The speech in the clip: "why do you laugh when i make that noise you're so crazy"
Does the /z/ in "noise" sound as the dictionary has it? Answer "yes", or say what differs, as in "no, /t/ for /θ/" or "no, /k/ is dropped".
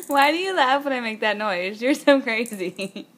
yes